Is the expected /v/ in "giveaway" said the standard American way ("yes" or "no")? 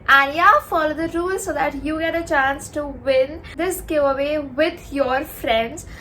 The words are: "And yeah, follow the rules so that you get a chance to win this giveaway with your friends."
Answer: no